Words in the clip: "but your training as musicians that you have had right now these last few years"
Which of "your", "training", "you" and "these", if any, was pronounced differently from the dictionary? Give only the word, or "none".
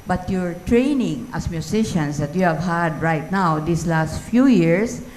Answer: these